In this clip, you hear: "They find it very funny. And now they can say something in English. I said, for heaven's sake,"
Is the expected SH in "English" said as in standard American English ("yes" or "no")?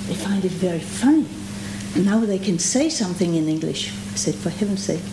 yes